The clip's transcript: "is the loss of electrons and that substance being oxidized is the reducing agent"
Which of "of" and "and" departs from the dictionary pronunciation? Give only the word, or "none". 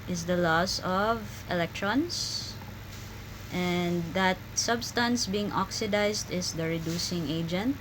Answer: none